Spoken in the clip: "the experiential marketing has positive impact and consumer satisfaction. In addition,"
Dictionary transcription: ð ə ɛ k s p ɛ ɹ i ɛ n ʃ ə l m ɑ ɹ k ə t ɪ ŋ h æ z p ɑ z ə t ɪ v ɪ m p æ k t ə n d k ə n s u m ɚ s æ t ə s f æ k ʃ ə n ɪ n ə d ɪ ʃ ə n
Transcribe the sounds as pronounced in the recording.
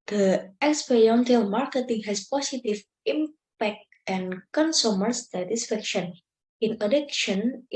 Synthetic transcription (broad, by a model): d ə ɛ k s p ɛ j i n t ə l m ɑ ɹ k ə t ɪ ŋ h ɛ s p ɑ s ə t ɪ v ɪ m p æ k t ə n k ə n s u m ɚ s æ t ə s f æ k ʃ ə n ɪ n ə d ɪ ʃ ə n